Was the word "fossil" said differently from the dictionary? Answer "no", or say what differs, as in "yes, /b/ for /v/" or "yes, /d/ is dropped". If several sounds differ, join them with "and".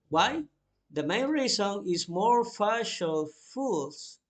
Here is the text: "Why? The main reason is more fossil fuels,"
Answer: yes, /ʃ/ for /s/